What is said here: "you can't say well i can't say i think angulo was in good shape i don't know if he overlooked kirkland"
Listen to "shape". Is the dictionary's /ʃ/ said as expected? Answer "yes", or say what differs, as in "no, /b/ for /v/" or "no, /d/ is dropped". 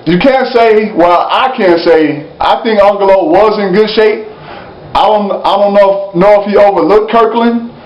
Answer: yes